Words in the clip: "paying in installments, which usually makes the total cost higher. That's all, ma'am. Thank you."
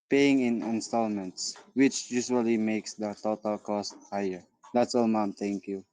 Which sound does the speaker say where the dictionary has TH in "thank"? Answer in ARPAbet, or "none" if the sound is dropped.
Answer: T